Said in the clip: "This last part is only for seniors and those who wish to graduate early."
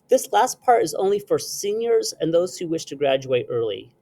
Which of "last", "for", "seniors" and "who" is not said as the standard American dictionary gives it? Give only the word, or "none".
none